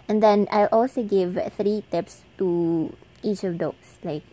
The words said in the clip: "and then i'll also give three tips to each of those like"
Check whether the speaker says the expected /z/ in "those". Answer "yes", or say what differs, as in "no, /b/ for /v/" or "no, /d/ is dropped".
no, /s/ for /z/